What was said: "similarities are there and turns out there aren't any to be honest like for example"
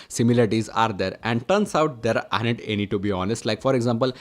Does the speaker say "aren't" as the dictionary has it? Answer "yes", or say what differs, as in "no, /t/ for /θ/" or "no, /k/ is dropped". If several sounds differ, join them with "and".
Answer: no, /ɹ/ is dropped